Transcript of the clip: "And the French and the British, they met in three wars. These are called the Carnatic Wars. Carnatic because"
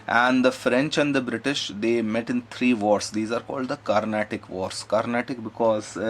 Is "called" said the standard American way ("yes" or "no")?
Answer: yes